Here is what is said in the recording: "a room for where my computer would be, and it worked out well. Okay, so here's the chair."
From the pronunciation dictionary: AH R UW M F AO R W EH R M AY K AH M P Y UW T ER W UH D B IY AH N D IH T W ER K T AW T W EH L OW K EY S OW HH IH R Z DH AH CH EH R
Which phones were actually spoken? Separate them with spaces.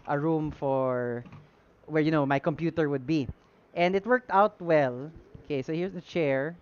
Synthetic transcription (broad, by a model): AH R UW M F AO R W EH R M AY K AH M P Y UW T ER W UH D B IY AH N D IH T W ER K T AW T W EH L OW K EY S OW HH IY R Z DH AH CH EH R